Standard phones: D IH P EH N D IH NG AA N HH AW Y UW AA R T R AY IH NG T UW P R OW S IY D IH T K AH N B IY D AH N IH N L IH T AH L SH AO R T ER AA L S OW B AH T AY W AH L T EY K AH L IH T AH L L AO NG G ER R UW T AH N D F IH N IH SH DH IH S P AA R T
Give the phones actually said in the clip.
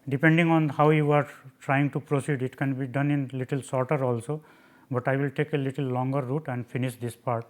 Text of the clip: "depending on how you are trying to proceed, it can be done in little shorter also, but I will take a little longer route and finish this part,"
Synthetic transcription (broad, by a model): D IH P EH N D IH NG AA N HH AW Y UW AA R T R AY IH NG T UW P R OW S IY D IH T K AH N B IY D AH N IH N L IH T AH L S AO R T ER AA L S OW B AH T AY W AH L T EY K AH L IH T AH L L AO NG G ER R UW T AH N D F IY N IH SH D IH S P AA R T